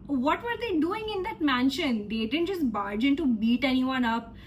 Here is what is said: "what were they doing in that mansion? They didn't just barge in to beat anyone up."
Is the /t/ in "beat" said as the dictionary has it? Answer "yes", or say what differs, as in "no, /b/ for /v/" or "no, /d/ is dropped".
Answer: yes